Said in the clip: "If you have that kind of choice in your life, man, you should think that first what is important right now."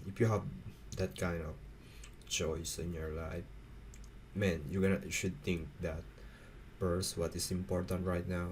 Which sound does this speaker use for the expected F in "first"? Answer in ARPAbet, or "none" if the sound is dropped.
P